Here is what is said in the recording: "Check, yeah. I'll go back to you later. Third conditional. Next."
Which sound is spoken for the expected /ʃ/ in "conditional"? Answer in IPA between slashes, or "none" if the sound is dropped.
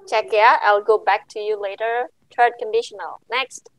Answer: /ʃ/